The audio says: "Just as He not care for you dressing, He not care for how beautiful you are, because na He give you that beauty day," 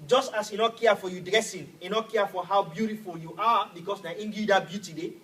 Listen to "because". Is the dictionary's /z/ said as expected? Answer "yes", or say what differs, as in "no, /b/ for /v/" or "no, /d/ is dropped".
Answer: no, /s/ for /z/